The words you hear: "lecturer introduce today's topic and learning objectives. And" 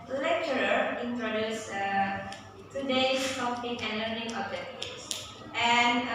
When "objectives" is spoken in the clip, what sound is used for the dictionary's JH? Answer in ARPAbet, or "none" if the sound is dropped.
none